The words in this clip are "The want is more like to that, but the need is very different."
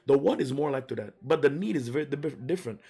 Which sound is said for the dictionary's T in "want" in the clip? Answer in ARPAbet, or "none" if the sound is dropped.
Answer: none